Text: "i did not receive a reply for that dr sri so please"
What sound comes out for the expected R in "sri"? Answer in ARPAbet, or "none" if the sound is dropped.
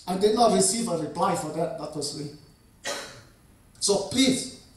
L